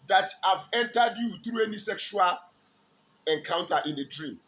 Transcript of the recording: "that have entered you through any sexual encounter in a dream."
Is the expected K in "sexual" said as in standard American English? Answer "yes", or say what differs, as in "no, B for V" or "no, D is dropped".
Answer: yes